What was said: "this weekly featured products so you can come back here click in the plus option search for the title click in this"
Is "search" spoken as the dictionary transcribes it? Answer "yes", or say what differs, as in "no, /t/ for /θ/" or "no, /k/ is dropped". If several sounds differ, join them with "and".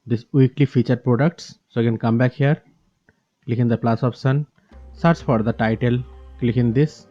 no, /s/ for /tʃ/